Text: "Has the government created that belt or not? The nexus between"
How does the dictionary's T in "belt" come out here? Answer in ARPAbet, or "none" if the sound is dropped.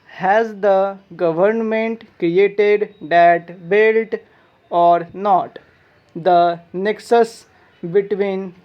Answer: T